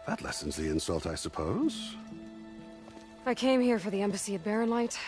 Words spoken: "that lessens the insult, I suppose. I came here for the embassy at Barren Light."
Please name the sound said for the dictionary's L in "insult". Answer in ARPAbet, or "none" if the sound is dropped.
L